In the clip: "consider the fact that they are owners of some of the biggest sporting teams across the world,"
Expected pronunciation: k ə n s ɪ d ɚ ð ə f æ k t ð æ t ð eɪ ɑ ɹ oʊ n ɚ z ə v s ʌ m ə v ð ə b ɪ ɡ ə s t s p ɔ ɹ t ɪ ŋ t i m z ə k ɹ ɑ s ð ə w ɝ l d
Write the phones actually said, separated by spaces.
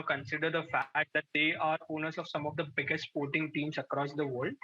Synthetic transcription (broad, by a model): k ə n s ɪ d ɚ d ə f æ k t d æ t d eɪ ɑ ɹ oʊ n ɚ s ə v s ʌ m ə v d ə b ɪ ɡ ə s t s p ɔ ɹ t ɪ ŋ t i m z ə k ɹ ɑ s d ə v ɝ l d